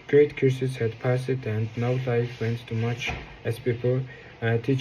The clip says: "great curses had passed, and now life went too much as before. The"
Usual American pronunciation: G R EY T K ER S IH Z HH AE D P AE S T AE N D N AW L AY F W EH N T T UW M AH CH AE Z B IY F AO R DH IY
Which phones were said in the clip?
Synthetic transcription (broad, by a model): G R EY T K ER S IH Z HH AE D P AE S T AE N D N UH L AY F W EH N T T UW M AH CH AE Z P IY P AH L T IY